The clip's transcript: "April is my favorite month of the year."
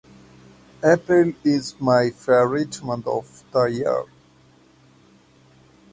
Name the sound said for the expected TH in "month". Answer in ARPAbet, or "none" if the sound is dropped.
T